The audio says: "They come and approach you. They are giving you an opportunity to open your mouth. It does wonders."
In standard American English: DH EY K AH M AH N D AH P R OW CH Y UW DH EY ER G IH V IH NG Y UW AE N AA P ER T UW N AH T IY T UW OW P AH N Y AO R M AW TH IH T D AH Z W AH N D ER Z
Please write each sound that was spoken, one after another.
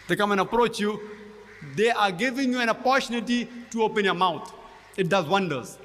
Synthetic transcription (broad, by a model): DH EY K AH M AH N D AH P R OW CH Y UW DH EY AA G IH V IH NG Y UW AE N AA P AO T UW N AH T IY T UW OW P AH N Y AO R M AW T IH T D AH Z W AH N D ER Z